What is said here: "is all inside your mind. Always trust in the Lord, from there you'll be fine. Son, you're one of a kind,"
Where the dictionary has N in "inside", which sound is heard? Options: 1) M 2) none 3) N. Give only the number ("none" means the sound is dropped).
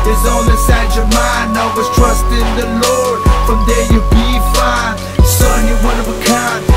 2